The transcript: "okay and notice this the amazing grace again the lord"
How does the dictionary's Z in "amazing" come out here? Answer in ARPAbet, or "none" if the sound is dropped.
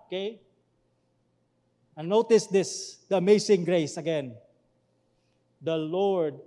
S